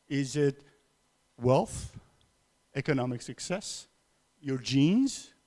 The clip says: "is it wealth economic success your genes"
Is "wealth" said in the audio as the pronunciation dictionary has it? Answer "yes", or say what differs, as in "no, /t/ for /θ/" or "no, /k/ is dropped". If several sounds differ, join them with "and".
yes